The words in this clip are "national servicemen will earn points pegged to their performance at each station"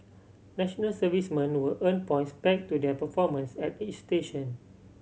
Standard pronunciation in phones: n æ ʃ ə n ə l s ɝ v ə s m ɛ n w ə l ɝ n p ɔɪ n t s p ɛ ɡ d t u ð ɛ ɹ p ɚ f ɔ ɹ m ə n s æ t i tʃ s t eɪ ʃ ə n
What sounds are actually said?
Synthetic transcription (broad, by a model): n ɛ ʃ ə n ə l s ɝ v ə s m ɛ n w ə l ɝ n p ɔɪ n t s b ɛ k t u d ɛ p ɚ f ɔ m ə n s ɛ t i tʃ s t eɪ ʃ ə n